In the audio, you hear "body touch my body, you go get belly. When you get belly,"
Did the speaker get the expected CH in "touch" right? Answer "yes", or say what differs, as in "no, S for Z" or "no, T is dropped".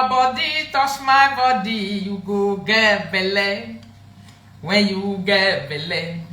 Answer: no, S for CH